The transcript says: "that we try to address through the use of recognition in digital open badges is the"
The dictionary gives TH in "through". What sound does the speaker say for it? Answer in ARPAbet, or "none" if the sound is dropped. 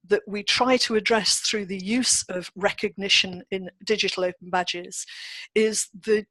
TH